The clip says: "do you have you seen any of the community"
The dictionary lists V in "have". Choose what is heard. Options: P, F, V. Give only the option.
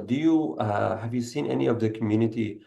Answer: V